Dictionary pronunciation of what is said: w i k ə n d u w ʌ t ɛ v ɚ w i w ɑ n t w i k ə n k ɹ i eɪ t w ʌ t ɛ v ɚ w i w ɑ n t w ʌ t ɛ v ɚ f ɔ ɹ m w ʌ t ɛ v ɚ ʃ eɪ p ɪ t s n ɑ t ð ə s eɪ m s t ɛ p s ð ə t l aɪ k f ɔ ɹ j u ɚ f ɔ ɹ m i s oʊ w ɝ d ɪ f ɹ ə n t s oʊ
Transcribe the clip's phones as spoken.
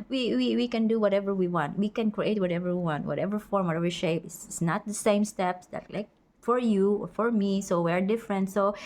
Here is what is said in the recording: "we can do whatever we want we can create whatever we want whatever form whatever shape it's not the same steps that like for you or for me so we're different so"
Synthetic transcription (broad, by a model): w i k ə n d u w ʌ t ɛ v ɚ w i w ɑ n t w i k ə n k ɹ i eɪ t w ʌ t ɛ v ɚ w i w ɑ n t w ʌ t ɛ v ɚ f ɔ ɹ m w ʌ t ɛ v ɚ ʃ eɪ p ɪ s s n ɑ t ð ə s eɪ m s t ɛ p s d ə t l aɪ k f ɔ ɹ j u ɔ f ɔ ɹ m i s oʊ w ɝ d ɪ f ɹ ə n t s oʊ